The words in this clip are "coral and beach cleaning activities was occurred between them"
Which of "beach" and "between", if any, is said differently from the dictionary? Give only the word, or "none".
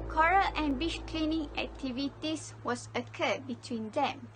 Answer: beach